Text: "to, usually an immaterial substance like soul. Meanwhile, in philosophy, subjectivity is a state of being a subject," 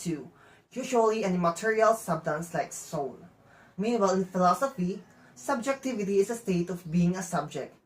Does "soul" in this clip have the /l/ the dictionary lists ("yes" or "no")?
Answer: no